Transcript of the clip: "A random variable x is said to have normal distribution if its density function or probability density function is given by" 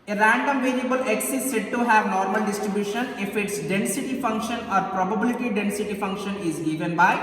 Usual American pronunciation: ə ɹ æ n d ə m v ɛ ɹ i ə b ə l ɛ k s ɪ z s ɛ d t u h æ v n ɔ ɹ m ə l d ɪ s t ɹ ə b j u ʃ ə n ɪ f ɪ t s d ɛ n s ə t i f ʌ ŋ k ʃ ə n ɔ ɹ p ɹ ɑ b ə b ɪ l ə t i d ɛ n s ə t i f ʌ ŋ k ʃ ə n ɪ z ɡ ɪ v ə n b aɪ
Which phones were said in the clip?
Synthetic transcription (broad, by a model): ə ɹ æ n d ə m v ɛ l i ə b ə l ɛ k s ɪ s ɛ d t u h æ v n ɔ ɹ m ə l d ɪ s t ɹ ə b j u ʃ ə n ɪ f ɪ t s d ɛ n s ə t i f ʌ ŋ k ʃ ə n ɔ ɹ p ɹ ɑ b ə b ɪ l ə t i d ɛ n s ə t i f ʌ ŋ k ʃ ə n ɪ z ɡ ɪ v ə n b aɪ